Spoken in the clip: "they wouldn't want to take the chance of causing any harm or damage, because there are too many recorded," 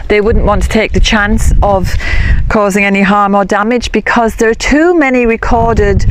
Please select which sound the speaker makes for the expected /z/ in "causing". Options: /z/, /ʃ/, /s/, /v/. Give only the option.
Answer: /z/